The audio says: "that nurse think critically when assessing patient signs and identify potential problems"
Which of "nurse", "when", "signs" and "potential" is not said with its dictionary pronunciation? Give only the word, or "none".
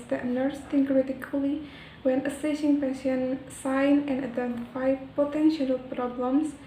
signs